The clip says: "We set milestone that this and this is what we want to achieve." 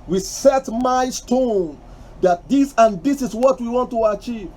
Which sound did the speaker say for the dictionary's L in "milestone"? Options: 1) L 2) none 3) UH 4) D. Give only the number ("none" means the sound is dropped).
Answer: 2